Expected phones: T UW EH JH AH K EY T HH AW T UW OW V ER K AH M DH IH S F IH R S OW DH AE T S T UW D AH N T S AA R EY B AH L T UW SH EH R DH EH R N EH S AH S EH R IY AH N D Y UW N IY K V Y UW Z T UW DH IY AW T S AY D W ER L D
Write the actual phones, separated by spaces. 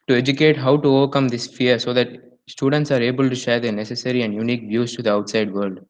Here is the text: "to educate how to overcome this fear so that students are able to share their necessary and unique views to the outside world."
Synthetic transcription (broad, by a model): T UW EH JH AH K EY T HH AW T UW OW V ER K AH M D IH S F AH R S OW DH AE T S T UW D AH N T S AA R EY B AH L T UW SH EH R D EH N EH S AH S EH R IY AH N D Y UW N IY K V Y UW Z T UW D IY AW T S AY D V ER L D